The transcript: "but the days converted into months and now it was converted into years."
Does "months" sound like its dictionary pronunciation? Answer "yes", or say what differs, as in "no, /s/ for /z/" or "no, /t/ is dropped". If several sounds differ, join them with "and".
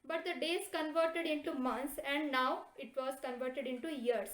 no, /t/ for /θ/